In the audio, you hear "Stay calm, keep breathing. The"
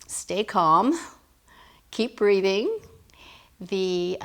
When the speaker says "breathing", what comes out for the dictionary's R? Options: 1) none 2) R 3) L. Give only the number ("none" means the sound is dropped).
2